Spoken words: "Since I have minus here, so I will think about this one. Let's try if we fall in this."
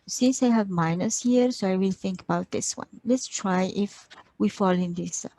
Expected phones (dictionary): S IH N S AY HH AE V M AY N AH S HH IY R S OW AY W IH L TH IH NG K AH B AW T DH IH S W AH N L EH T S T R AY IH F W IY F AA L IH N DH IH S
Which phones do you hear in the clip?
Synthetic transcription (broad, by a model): S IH N S AY HH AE V M AY N AH S HH IY R S OW AY W IH L TH IH NG K AH B AW T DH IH S W AH N L EH T S T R AY IH F W IY F AA L IH N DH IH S